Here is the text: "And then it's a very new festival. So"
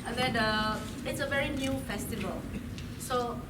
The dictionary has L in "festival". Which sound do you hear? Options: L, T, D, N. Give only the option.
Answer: L